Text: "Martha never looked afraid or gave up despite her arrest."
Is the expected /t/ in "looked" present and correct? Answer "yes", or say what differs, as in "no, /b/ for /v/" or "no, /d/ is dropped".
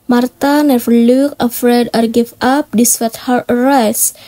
no, /t/ is dropped